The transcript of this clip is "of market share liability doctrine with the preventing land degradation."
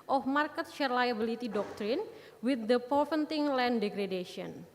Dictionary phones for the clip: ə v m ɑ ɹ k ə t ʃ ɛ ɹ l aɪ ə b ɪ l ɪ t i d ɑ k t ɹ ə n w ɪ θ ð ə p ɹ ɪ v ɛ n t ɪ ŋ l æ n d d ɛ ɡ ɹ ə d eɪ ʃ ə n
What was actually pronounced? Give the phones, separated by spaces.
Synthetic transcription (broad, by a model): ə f m ɑ ɹ k ə t ʃ ɛ ɹ l aɪ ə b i l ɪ t i d ɑ k t ɹ ə n w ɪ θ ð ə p ɪ f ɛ n t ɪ ŋ l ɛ n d d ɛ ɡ ɹ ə d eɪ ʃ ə n